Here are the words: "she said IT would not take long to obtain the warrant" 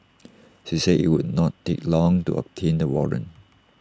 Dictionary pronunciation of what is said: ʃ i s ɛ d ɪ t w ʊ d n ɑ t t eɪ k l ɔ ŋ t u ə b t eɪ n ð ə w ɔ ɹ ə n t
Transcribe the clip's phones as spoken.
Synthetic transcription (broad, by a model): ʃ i s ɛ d ɪ t w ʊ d n ɑ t t eɪ k l ɔ ŋ t u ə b t eɪ n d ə w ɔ ɹ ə n